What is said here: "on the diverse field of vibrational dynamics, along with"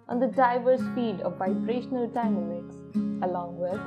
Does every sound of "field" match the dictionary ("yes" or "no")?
no